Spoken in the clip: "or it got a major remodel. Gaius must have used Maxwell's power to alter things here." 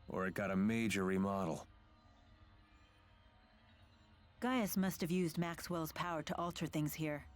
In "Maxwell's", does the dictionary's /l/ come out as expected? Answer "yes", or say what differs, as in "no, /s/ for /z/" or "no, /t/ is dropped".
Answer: yes